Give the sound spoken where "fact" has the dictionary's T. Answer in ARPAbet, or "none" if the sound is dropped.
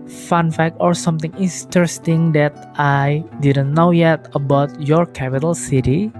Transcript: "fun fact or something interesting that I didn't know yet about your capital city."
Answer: none